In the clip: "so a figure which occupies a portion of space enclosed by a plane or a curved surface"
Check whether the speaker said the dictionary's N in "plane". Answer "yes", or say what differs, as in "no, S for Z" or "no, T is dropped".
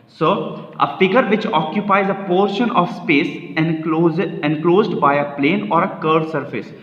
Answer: yes